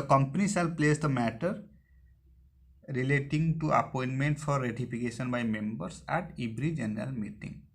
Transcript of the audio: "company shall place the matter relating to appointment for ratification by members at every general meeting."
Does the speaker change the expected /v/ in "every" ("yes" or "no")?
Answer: yes